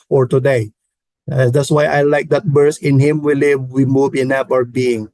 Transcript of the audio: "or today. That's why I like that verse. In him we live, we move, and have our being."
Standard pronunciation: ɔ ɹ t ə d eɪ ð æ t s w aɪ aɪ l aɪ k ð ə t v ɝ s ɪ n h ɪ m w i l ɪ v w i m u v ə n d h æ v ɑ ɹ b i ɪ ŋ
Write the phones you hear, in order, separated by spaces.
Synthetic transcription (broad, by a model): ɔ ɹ t ə d eɪ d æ t s w aɪ aɪ l aɪ k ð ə t b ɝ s ɪ n h ɪ m w i l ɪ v w i m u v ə n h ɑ p ɑ ɹ b i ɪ ŋ